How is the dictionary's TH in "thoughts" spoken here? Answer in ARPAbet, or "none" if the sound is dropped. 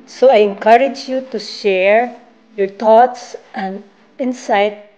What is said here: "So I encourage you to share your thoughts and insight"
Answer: T